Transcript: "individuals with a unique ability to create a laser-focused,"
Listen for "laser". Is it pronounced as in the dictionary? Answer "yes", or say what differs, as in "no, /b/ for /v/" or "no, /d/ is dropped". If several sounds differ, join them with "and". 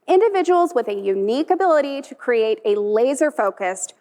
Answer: yes